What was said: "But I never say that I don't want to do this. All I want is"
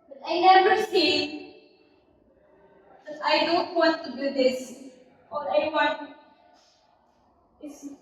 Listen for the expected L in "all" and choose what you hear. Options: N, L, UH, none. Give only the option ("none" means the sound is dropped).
N